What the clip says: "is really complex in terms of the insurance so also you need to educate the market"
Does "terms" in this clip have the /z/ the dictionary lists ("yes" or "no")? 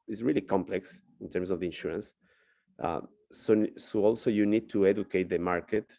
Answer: no